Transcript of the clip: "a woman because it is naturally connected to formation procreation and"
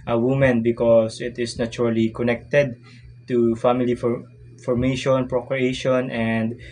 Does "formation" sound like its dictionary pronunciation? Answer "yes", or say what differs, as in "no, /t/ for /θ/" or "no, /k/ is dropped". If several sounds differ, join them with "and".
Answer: yes